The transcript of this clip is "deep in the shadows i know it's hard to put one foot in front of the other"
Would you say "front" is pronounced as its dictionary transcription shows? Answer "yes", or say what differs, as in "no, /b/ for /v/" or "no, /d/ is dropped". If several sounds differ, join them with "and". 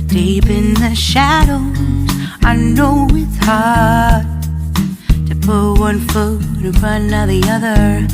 no, /t/ is dropped